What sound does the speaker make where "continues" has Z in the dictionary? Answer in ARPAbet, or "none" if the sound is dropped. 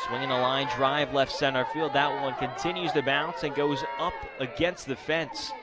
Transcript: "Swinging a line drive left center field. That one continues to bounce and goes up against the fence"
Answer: Z